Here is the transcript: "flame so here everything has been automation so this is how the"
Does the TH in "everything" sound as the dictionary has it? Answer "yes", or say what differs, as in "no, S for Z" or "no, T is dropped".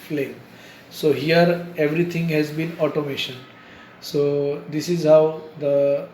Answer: no, T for TH